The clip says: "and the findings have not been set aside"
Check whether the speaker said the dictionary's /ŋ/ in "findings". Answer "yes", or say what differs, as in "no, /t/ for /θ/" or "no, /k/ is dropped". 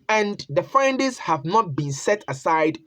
no, /ŋ/ is dropped